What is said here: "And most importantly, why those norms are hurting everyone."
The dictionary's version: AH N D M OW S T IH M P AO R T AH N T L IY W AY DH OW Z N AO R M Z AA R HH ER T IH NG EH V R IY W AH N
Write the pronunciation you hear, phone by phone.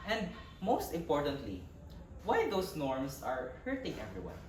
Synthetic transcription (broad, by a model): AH N D M OW S T IH M P AO R T AH N T L IY W AY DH OW S N AO R M S AA R HH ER T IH NG EH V R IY W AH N